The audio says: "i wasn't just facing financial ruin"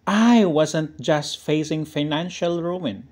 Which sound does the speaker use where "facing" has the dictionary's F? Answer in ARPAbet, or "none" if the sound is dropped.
F